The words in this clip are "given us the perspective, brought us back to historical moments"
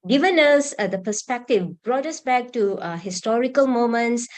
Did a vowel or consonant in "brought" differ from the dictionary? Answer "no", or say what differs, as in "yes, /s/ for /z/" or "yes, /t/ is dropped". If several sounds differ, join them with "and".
no